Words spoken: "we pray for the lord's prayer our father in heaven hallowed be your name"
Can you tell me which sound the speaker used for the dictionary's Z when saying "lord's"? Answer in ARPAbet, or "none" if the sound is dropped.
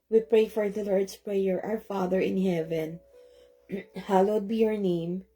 S